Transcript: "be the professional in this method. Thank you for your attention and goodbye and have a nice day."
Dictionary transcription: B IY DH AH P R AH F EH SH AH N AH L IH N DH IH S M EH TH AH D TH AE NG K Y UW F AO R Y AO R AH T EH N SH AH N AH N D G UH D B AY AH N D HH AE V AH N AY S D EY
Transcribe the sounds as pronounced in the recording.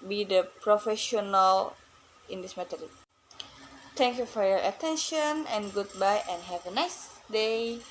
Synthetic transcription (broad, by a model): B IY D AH P R AH F EH SH AH N AH L IH N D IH S M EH T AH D T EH NG K Y UW F AO R Y AO R AH T EH N SH AH N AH N G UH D B AY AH N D HH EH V AH N AY S D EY